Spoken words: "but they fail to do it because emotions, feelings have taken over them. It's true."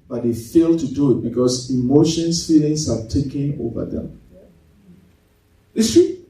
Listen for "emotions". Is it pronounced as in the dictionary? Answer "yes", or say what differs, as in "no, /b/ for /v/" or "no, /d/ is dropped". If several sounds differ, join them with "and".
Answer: no, /s/ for /z/